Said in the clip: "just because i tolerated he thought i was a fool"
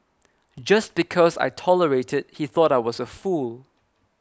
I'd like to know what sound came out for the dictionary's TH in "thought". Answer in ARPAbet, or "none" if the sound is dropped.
TH